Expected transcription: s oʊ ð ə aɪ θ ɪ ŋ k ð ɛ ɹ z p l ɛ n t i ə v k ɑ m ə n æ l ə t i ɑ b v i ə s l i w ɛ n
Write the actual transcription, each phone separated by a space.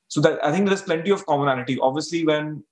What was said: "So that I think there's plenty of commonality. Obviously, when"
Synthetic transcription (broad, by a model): s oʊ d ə aɪ t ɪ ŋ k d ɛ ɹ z p l ɛ n t i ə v k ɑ m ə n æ n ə t i ɑ b v i ə s l i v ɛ n